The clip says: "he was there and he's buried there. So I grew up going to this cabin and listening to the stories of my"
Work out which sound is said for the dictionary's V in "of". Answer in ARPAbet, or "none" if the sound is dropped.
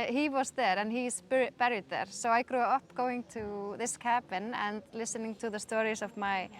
V